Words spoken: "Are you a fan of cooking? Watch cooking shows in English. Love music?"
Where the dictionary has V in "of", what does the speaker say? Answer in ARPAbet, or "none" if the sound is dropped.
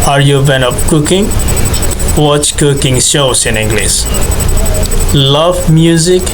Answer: P